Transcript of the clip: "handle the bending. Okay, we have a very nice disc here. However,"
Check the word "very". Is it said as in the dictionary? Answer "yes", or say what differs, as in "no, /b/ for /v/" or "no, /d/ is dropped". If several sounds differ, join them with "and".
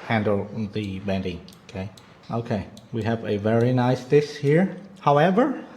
yes